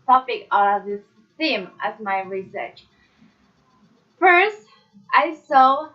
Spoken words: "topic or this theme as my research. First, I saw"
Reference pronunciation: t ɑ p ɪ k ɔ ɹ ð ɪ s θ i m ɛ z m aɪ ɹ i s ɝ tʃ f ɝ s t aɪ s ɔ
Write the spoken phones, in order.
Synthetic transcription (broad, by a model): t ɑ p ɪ k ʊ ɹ ð ɪ s θ i m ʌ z m aɪ ɹ i s ɝ tʃ f ɝ s t aɪ s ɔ